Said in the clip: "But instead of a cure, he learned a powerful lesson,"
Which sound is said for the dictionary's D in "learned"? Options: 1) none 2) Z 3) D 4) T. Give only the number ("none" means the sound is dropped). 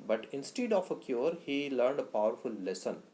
3